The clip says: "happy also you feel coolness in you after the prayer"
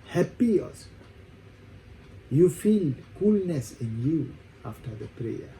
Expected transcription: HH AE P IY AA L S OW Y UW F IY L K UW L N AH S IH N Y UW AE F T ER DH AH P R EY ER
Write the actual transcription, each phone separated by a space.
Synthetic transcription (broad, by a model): HH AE P IY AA S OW Y UW F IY L K UW L N AH S IH N Y UW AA F T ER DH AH P R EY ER